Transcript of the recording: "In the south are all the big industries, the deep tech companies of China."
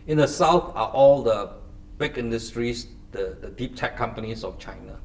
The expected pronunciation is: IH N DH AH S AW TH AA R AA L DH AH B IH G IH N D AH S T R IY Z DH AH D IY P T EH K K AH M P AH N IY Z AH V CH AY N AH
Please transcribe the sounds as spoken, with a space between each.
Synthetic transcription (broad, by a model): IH N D AH S AW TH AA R AA L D AH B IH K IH N D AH S T R IY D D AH D IY P T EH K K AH M P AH N IY S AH F CH AY N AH